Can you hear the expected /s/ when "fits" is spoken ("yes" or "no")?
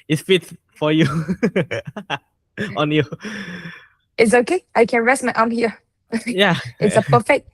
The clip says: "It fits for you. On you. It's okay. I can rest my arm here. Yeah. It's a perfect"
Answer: no